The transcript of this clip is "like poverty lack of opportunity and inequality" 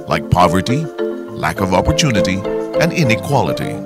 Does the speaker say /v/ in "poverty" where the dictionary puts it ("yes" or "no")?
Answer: yes